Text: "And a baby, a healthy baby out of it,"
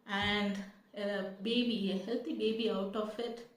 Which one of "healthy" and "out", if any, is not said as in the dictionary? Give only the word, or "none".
healthy